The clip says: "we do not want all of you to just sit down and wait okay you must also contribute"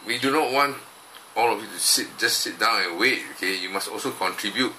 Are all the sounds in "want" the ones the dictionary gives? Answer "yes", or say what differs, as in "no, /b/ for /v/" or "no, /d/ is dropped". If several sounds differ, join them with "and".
yes